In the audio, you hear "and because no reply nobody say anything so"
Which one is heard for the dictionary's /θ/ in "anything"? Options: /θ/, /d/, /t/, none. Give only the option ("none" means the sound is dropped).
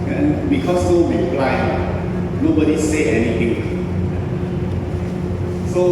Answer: /t/